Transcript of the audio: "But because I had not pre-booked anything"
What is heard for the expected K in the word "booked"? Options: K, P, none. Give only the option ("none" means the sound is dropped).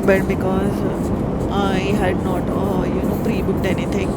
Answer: none